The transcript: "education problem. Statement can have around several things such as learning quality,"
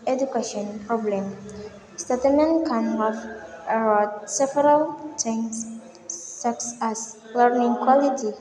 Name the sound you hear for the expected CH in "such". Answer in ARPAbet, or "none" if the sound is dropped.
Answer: S